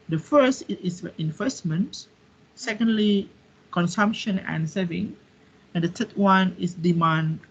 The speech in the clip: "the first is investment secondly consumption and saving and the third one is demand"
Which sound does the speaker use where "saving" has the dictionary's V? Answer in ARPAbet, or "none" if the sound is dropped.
V